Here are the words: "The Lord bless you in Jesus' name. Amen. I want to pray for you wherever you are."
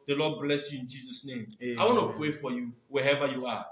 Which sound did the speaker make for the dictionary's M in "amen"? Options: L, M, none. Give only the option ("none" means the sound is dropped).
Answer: none